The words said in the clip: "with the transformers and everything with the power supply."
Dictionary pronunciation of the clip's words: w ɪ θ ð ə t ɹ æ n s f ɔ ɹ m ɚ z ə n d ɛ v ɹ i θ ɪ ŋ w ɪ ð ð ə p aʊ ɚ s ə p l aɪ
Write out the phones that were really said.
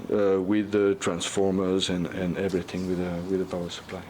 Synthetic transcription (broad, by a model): w ɪ ð ə t ɹ æ n s f ɔ ɹ m ɚ z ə n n ɛ v ɹ i θ ɪ ŋ w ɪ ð ð ə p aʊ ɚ s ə p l aɪ